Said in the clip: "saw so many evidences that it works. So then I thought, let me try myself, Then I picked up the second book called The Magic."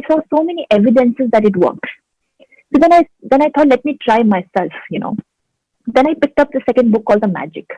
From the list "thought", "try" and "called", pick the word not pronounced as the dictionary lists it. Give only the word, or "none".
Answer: thought